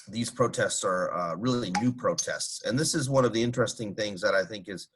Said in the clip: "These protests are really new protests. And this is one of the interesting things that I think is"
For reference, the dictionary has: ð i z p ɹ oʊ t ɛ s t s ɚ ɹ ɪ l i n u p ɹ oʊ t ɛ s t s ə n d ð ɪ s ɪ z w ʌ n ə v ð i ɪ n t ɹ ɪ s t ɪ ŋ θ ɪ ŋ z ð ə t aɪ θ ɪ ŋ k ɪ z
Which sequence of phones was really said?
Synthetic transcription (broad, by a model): ð i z p ɹ oʊ t ɛ s t s ɚ ɹ ɪ l i n u p ɹ oʊ t ɛ s t s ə n ð ɪ s ɪ z w ʌ n ə v ð i ɪ n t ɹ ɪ s t ɪ ŋ θ ɪ ŋ z ð ə t aɪ θ ɪ ŋ k ɪ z